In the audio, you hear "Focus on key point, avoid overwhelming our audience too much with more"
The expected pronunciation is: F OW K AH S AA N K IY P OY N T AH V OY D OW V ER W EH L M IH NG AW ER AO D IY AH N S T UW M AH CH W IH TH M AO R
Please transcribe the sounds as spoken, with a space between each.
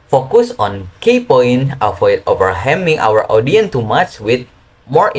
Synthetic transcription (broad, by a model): F OW K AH S AA N K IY P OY N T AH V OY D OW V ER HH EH M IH NG AW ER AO D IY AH N T UW M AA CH W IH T M AO R